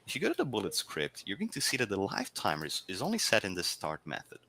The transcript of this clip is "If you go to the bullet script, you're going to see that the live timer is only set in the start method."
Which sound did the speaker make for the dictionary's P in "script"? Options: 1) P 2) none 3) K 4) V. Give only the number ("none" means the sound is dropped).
1